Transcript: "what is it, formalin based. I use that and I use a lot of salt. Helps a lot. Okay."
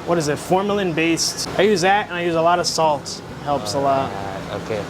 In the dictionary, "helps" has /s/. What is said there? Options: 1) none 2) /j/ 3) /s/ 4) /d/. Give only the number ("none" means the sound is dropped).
3